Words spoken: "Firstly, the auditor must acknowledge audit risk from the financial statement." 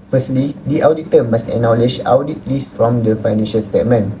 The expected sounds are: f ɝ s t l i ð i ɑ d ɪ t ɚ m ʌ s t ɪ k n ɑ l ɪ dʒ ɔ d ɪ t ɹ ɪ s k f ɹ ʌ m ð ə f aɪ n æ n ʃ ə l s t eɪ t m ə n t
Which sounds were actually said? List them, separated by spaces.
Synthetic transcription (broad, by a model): f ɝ s t l i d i ɑ d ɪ t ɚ m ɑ s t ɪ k n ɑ l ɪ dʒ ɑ d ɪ t l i s f ɹ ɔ m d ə f aɪ n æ n ʃ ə l s t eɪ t m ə n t